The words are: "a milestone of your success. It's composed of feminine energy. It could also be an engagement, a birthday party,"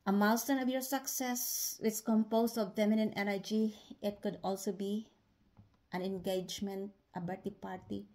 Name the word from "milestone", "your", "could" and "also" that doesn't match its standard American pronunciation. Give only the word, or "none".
milestone